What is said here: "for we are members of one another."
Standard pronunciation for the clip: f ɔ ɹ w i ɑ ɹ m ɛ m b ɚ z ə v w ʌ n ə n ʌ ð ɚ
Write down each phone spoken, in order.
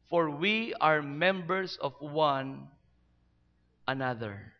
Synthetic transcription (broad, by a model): f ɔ ɹ w i ɑ ɹ m ɛ m b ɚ s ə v w ʌ n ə n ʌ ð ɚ